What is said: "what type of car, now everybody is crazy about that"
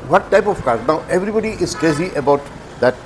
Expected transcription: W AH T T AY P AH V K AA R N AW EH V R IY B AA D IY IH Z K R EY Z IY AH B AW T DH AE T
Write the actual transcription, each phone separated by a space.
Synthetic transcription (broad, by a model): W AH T T AY P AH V K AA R N AW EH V R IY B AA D IY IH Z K L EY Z IY AH B AW T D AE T